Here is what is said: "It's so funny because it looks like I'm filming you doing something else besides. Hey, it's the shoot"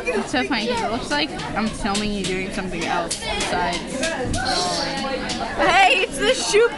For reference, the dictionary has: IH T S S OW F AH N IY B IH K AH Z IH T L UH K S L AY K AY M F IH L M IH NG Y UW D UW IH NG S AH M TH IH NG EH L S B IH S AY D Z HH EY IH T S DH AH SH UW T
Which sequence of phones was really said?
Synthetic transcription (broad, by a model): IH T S S OW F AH IY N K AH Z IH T L UH K S L AY K AY M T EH L IH NG Y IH D UW IH NG S AH M TH IH NG EH L S B IH S AY D Z HH EY IH T S DH AH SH UW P